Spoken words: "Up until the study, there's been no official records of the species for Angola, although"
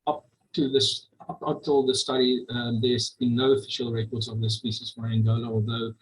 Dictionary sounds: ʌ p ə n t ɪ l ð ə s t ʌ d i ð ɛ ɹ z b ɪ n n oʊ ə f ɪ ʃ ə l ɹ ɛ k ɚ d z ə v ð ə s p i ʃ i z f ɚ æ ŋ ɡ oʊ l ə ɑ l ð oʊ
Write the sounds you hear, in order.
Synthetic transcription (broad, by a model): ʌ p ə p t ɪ l ð ə s t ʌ d i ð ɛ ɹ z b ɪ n n oʊ ə f ɪ ʃ ə l ɹ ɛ k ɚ d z ə v ð ə s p i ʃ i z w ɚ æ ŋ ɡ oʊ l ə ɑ l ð oʊ